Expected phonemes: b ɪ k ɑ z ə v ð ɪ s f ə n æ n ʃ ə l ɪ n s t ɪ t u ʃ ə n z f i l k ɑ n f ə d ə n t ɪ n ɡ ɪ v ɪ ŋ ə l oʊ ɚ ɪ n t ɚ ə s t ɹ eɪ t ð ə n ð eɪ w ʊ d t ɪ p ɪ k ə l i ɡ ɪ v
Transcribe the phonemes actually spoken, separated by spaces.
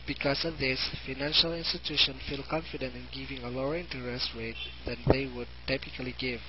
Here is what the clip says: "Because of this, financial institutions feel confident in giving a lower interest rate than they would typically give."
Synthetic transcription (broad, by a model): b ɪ k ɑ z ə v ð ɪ s f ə n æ n ʃ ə l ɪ n s t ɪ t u ʃ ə n f i l k ɑ n f ə d ə n t ɪ n ɡ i v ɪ ŋ ə l oʊ ɚ ɪ n t ɚ ə s t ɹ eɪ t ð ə n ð eɪ w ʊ d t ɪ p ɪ k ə l i ɡ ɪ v